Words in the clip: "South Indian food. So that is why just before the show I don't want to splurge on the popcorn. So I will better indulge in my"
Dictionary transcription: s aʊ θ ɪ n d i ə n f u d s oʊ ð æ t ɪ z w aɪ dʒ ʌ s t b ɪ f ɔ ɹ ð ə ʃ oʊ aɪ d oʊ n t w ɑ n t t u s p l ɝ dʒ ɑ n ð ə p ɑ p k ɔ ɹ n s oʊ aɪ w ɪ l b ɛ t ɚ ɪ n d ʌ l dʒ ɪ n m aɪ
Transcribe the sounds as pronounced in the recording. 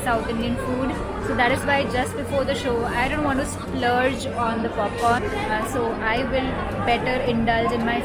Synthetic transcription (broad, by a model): s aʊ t ɪ n d i ə n f u d s oʊ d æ t ɪ z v aɪ dʒ ʌ s t b ɪ f ɔ ɹ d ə ʃ oʊ aɪ d oʊ n t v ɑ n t t u s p l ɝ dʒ ɑ n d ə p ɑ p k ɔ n s oʊ aɪ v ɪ l b ɛ t ɚ ɪ n d ʌ l dʒ ɪ n m aɪ